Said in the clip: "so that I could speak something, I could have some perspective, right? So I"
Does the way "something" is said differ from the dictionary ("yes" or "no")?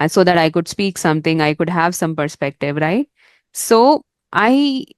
yes